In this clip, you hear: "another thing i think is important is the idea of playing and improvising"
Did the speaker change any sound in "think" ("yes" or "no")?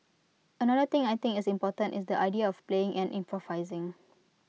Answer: yes